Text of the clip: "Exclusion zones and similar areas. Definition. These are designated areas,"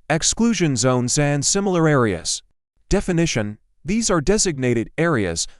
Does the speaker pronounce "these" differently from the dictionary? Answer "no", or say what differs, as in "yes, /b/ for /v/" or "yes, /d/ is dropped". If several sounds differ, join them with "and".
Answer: no